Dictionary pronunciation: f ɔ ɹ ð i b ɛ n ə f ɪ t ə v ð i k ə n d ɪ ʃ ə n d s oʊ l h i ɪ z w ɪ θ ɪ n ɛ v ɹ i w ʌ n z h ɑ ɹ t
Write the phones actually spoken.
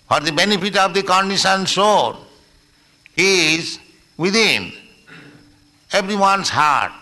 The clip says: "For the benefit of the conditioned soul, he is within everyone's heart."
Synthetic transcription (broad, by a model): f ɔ ɹ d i b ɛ n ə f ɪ t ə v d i k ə n d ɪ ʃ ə n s oʊ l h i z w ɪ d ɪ n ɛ b ɹ i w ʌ n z h ɑ ɹ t